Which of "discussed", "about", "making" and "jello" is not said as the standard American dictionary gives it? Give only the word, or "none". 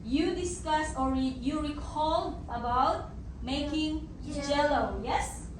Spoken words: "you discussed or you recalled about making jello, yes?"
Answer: discussed